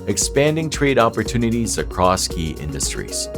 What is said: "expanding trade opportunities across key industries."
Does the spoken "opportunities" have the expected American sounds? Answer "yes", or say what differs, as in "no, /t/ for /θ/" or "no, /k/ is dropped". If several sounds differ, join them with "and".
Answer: yes